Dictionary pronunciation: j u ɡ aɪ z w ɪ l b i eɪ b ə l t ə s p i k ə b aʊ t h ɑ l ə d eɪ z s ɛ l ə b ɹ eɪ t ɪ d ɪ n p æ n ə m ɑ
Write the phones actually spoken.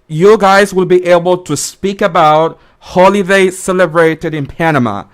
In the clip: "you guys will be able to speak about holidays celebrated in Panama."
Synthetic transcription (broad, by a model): j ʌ ɡ aɪ z w ɪ l b i eɪ b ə l t ə s p i k ə b aʊ t h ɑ l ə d eɪ s ɛ l ə b ɹ eɪ t ɪ d ɪ n p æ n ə m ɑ